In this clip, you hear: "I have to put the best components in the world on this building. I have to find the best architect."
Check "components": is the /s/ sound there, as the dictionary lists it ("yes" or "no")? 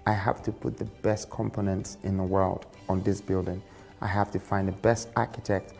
yes